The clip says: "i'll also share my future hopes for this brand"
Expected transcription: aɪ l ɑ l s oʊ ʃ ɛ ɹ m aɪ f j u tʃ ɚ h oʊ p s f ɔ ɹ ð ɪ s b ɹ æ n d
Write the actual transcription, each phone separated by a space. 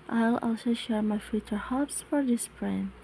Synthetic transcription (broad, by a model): aɪ l ɑ l s oʊ ʃ ɛ ɹ m aɪ f j u tʃ ɚ h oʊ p s f ɔ ɹ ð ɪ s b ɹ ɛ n